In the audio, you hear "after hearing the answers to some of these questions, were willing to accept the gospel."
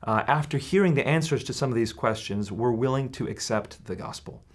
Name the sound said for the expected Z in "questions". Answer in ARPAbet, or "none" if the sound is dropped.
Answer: Z